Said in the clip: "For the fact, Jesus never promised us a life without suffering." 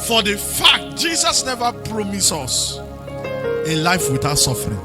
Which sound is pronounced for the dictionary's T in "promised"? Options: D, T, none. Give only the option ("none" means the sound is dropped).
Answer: none